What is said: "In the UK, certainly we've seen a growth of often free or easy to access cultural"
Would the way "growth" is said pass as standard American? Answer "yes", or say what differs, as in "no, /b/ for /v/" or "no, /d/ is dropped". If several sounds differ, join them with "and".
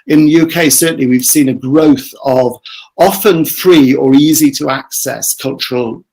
yes